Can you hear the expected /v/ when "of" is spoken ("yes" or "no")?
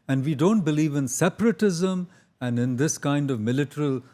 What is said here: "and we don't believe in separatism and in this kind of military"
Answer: yes